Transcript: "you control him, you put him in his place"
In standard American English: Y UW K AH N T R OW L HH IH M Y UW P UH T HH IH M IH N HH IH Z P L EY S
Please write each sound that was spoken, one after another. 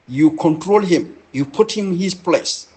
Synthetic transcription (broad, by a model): Y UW K AH N T R OW L HH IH M Y UW P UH T HH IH M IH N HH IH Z P L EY S